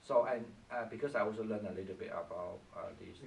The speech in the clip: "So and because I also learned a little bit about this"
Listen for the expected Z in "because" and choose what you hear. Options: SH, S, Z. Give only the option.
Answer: S